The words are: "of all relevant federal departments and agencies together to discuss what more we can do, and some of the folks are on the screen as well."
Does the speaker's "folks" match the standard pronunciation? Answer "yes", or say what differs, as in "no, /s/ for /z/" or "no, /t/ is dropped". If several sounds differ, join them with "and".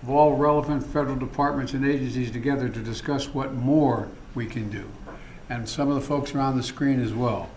yes